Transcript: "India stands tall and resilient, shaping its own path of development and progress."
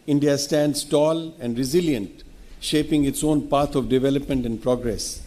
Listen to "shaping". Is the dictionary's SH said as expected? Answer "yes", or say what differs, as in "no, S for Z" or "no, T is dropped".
yes